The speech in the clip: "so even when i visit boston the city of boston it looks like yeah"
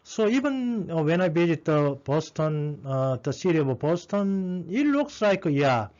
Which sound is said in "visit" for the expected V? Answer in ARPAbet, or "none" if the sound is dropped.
B